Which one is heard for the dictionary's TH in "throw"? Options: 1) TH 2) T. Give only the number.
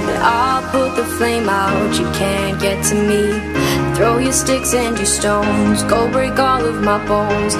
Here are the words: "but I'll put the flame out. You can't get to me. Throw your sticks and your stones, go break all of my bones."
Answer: 1